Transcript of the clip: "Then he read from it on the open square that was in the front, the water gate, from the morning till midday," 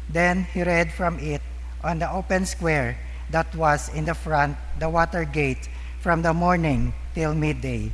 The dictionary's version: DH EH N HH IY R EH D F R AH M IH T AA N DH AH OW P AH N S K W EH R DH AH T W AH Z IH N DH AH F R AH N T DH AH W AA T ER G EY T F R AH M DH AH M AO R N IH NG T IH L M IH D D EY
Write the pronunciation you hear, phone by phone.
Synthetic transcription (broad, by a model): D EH N HH IY R EH D F R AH M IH T AA N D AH OW P AH N S K W EH R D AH T W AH S IH N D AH F R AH N T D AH W AA T ER G EY T F R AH M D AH M AO R N IH NG T IH L M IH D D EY